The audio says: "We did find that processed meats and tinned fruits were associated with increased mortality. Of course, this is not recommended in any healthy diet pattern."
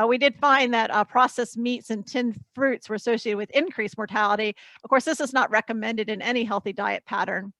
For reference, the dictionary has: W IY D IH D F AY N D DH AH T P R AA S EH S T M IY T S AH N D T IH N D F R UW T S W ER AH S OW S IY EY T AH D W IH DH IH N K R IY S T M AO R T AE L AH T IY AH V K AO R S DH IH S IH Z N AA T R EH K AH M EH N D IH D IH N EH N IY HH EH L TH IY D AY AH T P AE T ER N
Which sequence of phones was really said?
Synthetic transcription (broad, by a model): W IY D IH D F AY N DH AH T P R AA S EH S M IY T S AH N T IH N F R UW T S W ER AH S OW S IY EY T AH D W IH DH IH N K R IY S M AO R T AE L AH T IY AH V K AO R S DH IH S IH Z N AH T R EH K AH M EH N D IH D IH N EH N IY HH EH L TH IY D AY AH T P AE T ER N